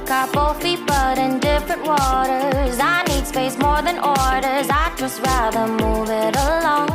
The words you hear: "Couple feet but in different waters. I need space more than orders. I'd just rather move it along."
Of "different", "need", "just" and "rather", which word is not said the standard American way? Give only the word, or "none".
none